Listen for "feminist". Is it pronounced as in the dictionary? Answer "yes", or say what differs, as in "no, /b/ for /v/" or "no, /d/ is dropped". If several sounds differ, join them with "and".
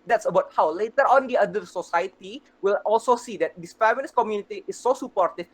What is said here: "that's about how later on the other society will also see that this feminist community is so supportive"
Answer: no, /l/ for /n/